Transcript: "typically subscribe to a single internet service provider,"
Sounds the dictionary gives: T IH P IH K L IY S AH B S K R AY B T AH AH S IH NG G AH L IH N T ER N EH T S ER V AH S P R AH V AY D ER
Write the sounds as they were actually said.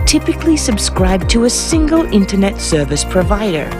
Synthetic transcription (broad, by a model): T IH P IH K L IY S AH B S K R AY B T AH AH S IH NG G AH L IH N T ER N EH T S ER V AH S P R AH V AY D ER